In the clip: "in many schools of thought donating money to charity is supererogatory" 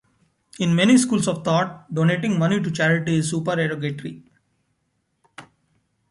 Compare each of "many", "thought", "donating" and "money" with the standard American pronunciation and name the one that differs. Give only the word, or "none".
thought